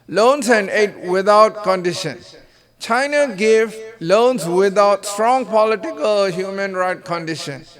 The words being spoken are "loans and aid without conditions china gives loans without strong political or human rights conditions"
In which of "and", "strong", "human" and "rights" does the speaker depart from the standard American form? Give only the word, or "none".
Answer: rights